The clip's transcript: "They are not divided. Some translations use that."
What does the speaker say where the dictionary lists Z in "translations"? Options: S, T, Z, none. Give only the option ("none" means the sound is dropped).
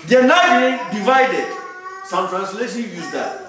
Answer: none